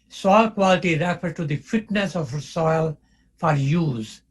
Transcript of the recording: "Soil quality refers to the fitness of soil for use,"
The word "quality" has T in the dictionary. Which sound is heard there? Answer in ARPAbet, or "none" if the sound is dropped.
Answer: T